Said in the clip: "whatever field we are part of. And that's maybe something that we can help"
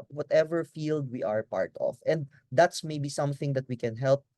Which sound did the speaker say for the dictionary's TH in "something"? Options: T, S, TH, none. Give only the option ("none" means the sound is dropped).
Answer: TH